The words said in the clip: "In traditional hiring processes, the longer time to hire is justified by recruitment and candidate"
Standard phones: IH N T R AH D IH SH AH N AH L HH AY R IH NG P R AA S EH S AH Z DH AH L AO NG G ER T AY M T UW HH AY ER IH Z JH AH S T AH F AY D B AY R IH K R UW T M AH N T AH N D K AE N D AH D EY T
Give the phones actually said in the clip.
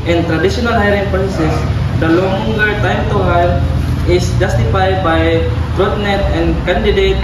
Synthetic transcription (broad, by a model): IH N T R AH D IH SH AH N AH L HH AY R IH NG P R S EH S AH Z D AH L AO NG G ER T AY M T UW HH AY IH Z JH AH S T AH F AY D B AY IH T R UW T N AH T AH N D K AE N D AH D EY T